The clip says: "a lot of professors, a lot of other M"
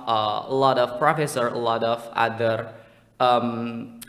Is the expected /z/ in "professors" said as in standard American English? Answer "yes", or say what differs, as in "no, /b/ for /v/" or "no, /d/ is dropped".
no, /z/ is dropped